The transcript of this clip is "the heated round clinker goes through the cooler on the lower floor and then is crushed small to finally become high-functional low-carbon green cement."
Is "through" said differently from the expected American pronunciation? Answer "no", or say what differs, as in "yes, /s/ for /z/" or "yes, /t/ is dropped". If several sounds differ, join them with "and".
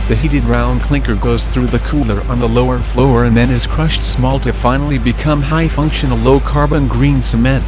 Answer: no